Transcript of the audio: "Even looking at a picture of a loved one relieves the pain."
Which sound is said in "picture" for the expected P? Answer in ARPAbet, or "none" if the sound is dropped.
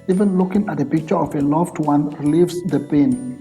P